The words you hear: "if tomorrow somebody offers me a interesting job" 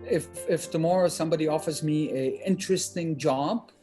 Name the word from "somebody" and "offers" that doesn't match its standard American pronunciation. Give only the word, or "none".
none